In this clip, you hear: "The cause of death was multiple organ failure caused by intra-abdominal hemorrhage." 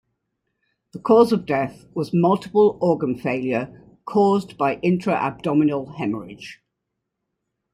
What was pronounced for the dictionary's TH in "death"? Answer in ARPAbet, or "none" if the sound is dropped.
TH